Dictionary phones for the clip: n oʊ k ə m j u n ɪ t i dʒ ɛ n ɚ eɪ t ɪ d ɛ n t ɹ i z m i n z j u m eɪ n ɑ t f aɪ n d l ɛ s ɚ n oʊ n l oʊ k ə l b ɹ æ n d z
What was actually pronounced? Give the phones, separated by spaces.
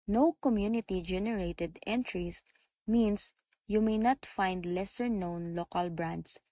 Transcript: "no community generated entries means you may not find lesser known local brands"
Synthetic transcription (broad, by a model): n oʊ k ə m j u n ɪ t i dʒ ɛ n ɚ eɪ t ɪ d ɛ n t ɹ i s m i n s j u m eɪ n ɑ t f aɪ n d l ɛ s ɚ n oʊ n l oʊ k ə l b ɹ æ n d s